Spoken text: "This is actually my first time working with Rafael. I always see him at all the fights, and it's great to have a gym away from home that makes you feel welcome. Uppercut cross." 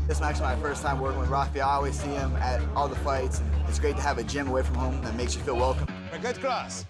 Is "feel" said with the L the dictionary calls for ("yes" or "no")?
yes